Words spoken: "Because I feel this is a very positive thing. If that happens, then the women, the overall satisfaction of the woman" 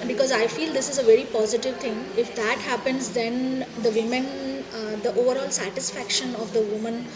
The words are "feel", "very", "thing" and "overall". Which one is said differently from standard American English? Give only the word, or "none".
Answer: thing